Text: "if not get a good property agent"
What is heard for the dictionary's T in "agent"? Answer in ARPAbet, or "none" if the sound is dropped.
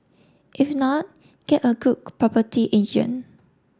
none